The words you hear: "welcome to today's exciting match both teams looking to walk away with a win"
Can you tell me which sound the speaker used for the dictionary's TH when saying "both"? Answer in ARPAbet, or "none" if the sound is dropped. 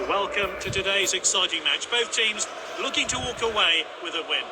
TH